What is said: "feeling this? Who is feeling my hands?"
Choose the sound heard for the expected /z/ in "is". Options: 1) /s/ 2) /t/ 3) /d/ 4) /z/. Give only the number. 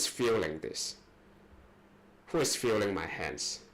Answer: 1